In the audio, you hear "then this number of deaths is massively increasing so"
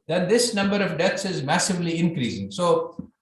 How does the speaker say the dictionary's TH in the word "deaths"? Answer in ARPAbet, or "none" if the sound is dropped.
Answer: T